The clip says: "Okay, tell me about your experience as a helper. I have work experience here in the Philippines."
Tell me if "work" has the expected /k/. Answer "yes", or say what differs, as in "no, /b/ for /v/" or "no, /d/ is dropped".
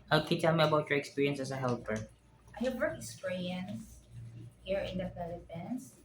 no, /k/ is dropped